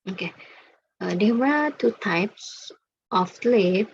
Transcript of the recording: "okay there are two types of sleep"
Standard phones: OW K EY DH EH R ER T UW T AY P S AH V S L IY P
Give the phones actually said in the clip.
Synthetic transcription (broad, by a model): OW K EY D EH W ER T UW T AY P S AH F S L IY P